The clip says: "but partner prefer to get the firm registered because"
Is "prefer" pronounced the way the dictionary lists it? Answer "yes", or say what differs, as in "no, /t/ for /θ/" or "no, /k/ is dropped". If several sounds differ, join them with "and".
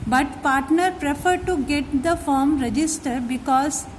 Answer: yes